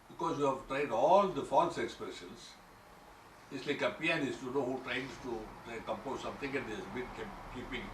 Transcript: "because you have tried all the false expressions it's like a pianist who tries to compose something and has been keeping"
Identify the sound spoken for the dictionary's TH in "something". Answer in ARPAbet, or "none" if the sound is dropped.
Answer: T